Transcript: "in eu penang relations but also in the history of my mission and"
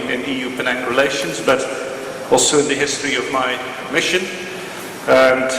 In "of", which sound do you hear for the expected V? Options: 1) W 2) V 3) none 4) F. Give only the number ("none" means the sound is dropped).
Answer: 2